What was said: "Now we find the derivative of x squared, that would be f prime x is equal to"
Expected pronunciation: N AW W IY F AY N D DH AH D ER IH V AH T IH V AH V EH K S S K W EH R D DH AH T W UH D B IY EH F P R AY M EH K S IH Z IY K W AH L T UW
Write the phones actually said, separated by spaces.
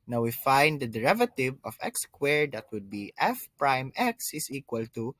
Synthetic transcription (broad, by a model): N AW W IY F AY N D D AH D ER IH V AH T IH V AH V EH K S S K W EH R D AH T W UH D B IY EH F P R AY M EH K S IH S IY K W AH L T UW